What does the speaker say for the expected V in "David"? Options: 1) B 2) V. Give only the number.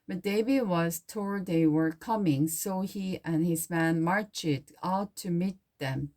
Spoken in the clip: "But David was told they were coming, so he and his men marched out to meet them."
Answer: 1